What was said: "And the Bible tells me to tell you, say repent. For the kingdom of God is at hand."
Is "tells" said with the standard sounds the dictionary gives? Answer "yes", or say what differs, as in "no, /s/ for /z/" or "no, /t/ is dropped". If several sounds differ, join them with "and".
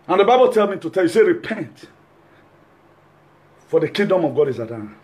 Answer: no, /z/ is dropped